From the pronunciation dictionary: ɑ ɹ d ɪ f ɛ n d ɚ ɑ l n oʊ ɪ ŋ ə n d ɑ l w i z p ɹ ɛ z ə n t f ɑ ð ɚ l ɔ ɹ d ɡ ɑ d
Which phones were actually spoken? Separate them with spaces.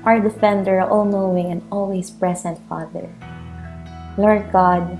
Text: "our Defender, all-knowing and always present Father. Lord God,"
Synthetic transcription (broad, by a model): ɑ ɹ d ɪ f ɛ n d ɚ ɑ l n oʊ ɪ ŋ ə n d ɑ l w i s p ɹ ɛ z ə n t f ɑ ð ɚ l ɔ ɹ d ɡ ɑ d